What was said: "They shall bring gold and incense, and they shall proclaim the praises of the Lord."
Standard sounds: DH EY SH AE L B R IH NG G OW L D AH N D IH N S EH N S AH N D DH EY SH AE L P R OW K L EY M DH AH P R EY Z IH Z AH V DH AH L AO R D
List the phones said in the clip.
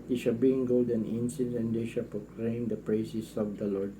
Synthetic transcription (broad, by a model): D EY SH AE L B IH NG G OW L D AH N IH N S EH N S AH N D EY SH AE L P R OW K L EY M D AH P R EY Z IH S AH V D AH L AO R D